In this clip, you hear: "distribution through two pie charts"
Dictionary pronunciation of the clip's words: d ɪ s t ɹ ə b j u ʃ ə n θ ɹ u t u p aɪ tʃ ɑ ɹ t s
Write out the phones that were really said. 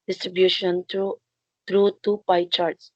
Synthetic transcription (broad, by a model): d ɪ s t ɹ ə b j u ʃ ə n t ɹ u t u p aɪ tʃ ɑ ɹ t s